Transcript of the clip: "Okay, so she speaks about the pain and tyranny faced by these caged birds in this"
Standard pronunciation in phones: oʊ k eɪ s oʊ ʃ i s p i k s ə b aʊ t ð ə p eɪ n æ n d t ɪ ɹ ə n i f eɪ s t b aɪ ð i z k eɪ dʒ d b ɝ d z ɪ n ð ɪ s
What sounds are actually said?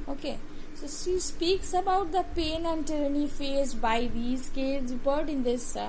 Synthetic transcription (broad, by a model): oʊ k eɪ s oʊ ʃ i s p i k s ə b aʊ t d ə p eɪ n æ n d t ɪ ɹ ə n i f eɪ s b aɪ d i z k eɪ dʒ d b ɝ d ɪ n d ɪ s